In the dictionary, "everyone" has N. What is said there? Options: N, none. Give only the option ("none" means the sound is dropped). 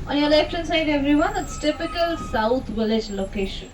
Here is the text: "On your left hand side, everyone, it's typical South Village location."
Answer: N